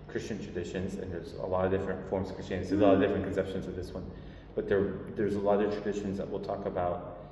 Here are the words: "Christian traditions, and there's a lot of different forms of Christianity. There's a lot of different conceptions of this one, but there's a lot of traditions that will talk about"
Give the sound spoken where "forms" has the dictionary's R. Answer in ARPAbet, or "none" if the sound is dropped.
R